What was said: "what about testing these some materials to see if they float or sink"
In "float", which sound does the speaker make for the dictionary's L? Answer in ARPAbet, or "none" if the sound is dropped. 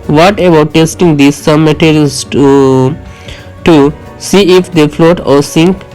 L